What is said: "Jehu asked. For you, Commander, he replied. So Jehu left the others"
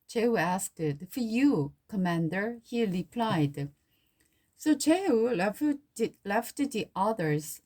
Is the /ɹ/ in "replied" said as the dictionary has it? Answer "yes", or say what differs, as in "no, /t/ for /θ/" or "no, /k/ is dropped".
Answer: yes